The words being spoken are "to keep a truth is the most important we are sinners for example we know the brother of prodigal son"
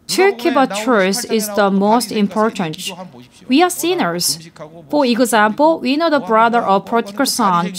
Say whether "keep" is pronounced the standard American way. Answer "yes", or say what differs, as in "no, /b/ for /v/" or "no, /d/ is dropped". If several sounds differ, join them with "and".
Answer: no, /b/ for /p/